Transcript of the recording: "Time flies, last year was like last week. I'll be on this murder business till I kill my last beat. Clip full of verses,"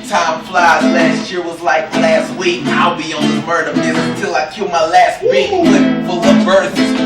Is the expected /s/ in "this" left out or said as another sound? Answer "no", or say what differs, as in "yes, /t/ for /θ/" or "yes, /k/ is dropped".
yes, /s/ is dropped